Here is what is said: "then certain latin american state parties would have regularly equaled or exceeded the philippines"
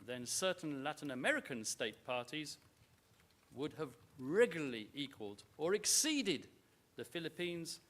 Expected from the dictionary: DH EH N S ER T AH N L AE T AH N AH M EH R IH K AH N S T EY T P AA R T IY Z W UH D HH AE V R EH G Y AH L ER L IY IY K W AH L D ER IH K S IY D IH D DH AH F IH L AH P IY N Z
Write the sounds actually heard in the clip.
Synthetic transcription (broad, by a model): DH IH N S ER T N L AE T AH N AH M EH R IH K AH N S T EY T P AA R T IY Z W UH D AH V R EH G Y L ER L IY IY K W AH L D ER IH K S IY D IH D DH AH F IH L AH P IY N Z